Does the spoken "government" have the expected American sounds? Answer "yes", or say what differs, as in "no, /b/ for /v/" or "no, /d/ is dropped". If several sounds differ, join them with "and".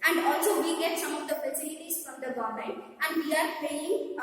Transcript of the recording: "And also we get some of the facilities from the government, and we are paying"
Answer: no, /m/ is dropped and /t/ is dropped